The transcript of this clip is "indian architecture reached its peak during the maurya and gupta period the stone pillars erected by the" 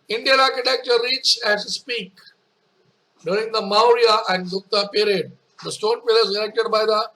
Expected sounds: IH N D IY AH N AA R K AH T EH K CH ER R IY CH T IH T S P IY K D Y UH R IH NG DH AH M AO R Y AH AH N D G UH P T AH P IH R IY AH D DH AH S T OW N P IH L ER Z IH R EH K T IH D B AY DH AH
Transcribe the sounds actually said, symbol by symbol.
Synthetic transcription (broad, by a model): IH N D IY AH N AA R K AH T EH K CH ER R IY CH IH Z S P IY K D Y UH R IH NG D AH M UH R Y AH AH N D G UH T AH P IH R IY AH D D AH S T OW N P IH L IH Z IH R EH K T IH D B AY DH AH